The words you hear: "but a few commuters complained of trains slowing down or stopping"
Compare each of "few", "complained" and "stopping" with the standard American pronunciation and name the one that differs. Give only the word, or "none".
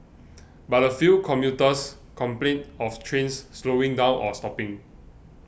complained